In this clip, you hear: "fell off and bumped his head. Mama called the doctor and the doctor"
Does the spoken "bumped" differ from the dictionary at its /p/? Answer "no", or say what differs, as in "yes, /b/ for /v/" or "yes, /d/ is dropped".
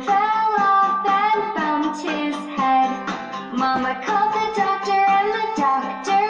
yes, /p/ is dropped